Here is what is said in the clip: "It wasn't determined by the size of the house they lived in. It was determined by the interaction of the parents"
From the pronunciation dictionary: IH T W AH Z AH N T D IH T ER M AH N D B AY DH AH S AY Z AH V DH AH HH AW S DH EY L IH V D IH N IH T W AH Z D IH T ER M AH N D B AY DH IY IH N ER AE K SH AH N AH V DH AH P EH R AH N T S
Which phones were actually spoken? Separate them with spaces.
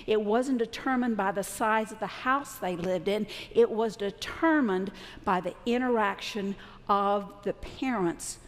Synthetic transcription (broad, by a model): IH T W AH Z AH N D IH T ER M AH N B AY DH AH S AY Z AH V DH AH HH AW S DH EY L IH V D IH N IH T W AH Z D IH T ER M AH N B AY DH IY IH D ER AE K SH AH N AH V DH AH P EH R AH N T S